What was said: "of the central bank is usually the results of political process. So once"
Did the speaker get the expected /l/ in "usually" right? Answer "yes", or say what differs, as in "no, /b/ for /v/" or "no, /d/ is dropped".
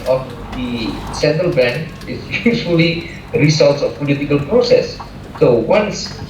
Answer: no, /l/ is dropped